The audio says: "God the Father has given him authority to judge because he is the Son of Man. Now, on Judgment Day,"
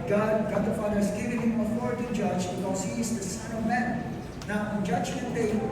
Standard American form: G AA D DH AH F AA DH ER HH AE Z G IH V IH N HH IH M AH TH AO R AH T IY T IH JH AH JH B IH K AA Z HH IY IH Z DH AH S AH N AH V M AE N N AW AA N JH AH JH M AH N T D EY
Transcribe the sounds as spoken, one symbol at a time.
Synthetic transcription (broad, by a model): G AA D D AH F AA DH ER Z G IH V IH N HH IH M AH F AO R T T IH JH AH JH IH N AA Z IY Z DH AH S AH N AH V M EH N N AW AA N JH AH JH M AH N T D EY